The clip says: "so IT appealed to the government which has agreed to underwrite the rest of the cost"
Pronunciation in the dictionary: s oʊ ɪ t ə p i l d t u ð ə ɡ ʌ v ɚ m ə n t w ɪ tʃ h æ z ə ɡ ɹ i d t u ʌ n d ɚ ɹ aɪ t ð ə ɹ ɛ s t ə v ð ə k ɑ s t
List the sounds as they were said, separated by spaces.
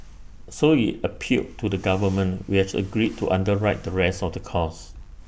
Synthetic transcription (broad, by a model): s oʊ ɪ t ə p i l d t u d ə ɡ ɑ v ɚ m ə n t w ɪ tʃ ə ɡ ɹ i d t u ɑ n d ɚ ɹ aɪ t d ə ɹ ɛ s t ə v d ə k ɑ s